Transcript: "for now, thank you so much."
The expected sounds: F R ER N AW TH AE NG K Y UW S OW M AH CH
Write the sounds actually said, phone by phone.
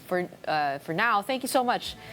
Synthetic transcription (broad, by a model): F R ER N AW TH AE NG K Y UW S OW M AH CH